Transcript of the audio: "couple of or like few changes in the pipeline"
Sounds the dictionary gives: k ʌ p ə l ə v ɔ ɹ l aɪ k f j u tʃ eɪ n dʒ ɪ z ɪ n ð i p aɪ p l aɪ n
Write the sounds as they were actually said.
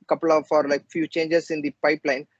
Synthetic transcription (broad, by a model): k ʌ p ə l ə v ɔ ɹ l aɪ k f j u tʃ eɪ n dʒ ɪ s ɪ n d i p aɪ p l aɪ n